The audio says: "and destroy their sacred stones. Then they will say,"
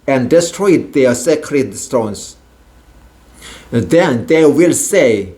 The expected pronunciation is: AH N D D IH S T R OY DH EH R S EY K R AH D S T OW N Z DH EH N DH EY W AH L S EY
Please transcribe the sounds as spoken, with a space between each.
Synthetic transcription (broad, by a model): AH N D D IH S T R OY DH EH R S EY K R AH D S T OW N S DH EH N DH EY W AH L S EY